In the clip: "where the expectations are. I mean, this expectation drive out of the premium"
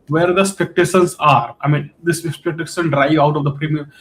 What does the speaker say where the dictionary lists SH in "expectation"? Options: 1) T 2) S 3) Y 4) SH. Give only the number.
2